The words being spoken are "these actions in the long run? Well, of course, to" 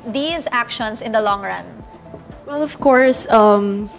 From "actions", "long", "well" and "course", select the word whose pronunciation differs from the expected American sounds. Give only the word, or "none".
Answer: actions